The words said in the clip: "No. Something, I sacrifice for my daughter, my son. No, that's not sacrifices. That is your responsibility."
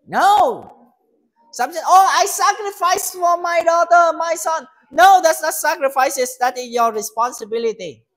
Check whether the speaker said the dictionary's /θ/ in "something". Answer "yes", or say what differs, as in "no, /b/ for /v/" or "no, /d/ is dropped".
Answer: no, /t/ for /θ/